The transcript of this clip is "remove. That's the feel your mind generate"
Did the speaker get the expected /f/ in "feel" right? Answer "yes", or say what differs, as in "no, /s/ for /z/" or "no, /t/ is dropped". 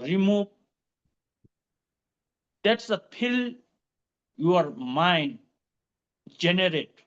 no, /p/ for /f/